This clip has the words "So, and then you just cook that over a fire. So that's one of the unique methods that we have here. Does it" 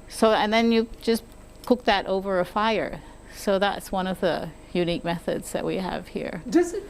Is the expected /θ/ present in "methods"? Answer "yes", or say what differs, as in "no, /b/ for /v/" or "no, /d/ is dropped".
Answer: yes